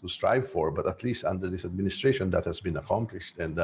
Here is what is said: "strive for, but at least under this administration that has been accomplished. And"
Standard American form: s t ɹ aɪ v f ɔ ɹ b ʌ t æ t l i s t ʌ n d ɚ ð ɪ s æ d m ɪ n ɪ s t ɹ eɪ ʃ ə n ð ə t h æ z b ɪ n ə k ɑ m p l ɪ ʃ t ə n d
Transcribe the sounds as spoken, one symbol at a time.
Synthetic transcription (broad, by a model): s t ɹ aɪ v f ɔ ɹ b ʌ t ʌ t l i s t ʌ n d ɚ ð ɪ s æ d m ɪ n ɪ s t ɹ eɪ ʃ ə n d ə t h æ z b ɪ n ə k ɑ m p l ɪ ʃ t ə n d